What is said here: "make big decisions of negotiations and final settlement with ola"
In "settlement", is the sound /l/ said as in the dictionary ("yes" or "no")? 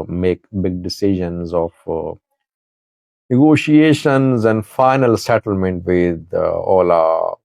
yes